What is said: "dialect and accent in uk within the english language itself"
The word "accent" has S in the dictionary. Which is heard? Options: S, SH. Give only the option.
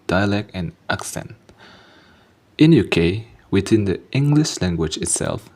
S